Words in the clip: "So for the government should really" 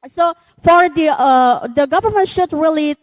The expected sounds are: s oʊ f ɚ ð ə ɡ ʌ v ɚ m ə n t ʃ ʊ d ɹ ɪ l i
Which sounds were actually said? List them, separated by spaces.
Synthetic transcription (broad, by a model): s oʊ f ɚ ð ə ɡ ʌ v ɚ m ə n t ʃ ʊ d ɹ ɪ l i